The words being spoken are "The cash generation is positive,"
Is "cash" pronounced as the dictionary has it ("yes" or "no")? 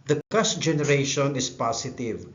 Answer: no